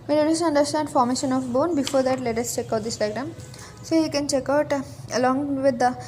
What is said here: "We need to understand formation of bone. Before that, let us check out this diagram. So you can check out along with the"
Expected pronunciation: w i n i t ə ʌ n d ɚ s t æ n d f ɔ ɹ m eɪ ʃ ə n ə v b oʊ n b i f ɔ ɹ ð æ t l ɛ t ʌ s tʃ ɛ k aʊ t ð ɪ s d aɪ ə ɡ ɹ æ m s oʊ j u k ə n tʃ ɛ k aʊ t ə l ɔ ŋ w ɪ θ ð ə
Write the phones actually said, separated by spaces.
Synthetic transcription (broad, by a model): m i l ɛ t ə ʌ n d ɚ s t æ n d f ɔ ɹ m eɪ ʃ ə n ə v b oʊ n b i f ɔ ɹ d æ t l ɛ t ʌ s tʃ ɛ k aʊ t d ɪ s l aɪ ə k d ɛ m s oʊ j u k ə n tʃ ɛ k aʊ t ə l ɔ ŋ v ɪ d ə